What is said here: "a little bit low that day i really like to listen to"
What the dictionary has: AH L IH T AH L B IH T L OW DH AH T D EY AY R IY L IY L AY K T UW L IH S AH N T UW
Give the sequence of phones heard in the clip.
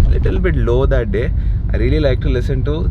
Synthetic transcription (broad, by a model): L IH T AH L B IH T L OW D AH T D EY AY R IY L IY L AY K T UW L IH S AH N T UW